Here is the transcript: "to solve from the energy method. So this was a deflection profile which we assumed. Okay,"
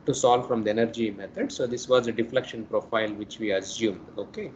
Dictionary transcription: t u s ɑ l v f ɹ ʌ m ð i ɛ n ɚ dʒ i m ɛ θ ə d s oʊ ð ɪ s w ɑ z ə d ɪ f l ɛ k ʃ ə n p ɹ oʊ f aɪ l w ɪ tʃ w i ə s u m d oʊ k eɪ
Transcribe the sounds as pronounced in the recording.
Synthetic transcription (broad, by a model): t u s ɑ l v f ɹ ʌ m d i ɛ n ɚ dʒ i m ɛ t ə d s oʊ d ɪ s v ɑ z ə d ɪ f l ɛ k ʃ ə n p ɹ oʊ f aɪ l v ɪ tʃ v i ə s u m d oʊ k eɪ